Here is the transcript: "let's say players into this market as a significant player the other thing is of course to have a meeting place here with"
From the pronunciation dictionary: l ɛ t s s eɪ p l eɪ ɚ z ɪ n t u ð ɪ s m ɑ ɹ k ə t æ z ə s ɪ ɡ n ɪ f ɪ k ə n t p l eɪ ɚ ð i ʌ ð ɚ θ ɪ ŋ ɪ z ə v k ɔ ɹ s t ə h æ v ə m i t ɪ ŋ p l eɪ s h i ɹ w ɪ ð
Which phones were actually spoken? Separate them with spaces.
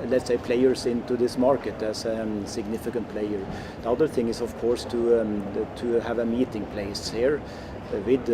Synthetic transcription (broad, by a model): l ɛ t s s eɪ p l eɪ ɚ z ɪ n t u ð ɪ s m ɑ ɹ k ə t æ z ə s ɪ ɡ n ɪ f ɪ k ə n t p l eɪ ɚ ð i ʌ ð ɚ θ ɪ ŋ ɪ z ə v k ɔ ɹ s t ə h æ v ə m i t ɪ ŋ p l eɪ s h i ɹ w ɪ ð